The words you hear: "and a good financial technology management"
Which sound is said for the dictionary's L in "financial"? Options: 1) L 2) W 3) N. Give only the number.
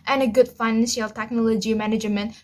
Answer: 1